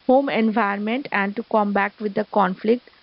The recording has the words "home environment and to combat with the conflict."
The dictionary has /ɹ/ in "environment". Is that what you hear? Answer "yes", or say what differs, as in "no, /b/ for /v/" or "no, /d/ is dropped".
no, /ɹ/ is dropped